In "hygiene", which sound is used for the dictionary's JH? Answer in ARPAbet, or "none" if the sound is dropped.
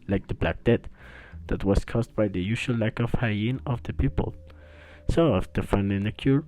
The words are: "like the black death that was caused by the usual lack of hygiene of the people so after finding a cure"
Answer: none